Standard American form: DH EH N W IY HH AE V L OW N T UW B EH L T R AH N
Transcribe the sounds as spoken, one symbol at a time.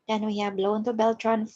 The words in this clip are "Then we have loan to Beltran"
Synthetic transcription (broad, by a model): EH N W IY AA B L OW N T UW B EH L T R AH N